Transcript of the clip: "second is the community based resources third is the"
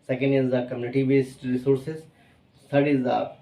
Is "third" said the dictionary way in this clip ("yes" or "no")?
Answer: no